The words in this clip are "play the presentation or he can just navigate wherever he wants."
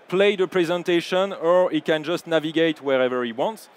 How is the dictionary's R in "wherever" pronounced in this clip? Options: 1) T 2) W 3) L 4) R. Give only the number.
4